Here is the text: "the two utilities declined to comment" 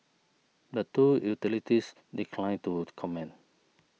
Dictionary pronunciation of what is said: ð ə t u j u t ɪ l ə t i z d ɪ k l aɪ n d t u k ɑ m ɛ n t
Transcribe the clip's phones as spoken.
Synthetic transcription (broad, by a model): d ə t u j u t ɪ l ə t i s d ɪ k l aɪ n t u k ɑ m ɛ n